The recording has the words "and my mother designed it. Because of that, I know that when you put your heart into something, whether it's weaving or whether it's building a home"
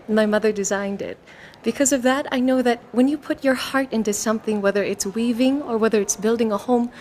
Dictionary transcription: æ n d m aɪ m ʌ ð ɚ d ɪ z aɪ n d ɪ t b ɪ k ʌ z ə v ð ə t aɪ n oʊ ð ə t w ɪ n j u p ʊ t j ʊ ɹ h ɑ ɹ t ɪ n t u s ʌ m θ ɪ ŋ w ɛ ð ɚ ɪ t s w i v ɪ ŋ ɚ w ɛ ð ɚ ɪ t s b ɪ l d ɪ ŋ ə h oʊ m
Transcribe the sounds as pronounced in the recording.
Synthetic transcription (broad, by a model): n m aɪ m ʌ ð ɚ d ɪ z aɪ n d ɪ t b ɪ k ʌ z ə v ð ə t aɪ n oʊ ð ə t w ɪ n j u p ʊ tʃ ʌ ɹ h ɑ ɹ t ɪ n t u s ʌ m θ ɪ ŋ w ɛ ð ɚ ɪ t s w i v ɪ ŋ ɚ w ɛ ð ɚ ɪ t s b ɪ l d ɪ ŋ ə h oʊ m